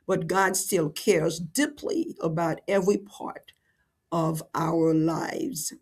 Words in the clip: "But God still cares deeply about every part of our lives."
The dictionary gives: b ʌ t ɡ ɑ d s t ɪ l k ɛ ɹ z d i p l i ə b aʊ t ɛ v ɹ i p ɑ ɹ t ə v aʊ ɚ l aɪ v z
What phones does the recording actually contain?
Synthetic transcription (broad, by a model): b ʌ t ɡ ɑ d s t ɪ l k ɛ ɹ z d i p l i ə b aʊ t ɛ v ɹ i p ɑ ɹ t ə v aʊ ɚ l aɪ v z